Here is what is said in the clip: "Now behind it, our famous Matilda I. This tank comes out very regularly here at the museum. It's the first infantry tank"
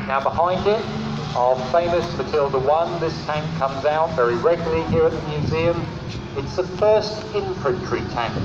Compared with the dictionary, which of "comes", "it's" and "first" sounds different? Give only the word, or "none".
none